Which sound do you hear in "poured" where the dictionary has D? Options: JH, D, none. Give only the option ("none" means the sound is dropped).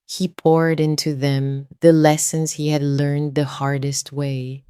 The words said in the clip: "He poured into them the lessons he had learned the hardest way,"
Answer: D